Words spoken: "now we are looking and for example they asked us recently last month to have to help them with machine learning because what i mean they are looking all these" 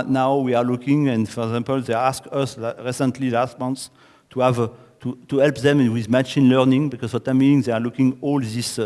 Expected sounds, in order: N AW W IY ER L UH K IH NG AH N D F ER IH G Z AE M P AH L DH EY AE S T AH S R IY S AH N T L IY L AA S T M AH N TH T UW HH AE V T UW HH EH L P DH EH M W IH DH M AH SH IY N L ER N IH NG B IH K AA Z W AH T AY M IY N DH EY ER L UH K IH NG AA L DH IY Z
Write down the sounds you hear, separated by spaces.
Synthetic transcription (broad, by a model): N AW W IY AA L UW K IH NG AH N D F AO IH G Z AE M P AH L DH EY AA S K AH S R IY S AH N T L IY L AA S T M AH N S T UW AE V T UW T EH L P DH EH M W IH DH M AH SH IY N L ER N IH NG B IH K AA Z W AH T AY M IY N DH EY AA L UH K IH NG AA L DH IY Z